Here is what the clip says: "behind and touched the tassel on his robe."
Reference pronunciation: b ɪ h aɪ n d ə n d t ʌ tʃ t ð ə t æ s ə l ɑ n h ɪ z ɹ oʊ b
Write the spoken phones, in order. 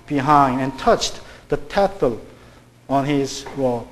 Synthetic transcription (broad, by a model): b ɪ h aɪ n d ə n t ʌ tʃ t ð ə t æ θ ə l ɑ n h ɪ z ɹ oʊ